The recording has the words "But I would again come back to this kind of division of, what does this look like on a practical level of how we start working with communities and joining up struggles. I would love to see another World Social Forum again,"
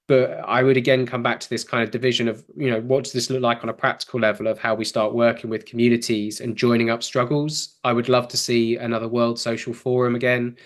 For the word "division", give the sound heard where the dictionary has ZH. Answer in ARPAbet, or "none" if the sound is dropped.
ZH